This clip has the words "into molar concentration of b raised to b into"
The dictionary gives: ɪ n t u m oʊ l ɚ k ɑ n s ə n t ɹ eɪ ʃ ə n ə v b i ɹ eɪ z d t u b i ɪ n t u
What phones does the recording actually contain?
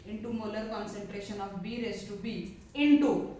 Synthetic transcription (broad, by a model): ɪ n t u m oʊ l ɚ k ɑ n s ə n t ɹ eɪ ʃ ə n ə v b i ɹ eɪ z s t u b i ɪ n t u